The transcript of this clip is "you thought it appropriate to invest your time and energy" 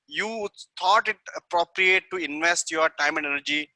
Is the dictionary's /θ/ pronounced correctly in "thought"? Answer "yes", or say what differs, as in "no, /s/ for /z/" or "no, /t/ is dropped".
no, /t/ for /θ/